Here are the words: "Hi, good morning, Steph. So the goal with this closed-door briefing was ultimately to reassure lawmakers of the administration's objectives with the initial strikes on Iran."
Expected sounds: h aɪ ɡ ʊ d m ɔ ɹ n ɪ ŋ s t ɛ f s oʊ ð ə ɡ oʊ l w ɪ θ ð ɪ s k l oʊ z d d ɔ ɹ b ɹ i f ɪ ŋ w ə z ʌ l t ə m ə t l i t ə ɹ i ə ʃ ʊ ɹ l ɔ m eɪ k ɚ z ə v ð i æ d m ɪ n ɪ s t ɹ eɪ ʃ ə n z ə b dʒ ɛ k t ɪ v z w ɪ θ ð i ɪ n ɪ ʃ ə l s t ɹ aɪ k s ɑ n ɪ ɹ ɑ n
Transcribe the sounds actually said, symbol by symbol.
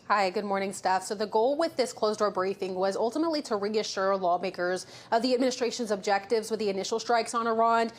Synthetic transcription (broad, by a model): h aɪ ɡ ʊ d m ɔ ɹ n ɪ ŋ s t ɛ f s oʊ ð ə ɡ oʊ l w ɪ ð ɪ s k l oʊ z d d ɔ ɹ b ɹ i f ɪ ŋ w ə z ʌ l t ə m ə t l i t ə ɹ i ə ʃ ʊ ɹ l ɔ m eɪ k ɚ z ə v ð i æ d m ɪ n ɪ s t ɹ eɪ ʃ ə n z ə b dʒ ɛ k t ɪ v z w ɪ ð i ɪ n ɪ ʃ l s t ɹ aɪ k s n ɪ ɹ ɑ n